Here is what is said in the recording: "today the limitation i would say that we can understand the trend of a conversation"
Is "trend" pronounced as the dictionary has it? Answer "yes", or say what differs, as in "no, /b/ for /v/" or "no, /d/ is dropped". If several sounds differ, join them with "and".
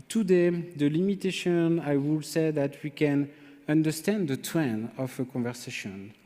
no, /d/ is dropped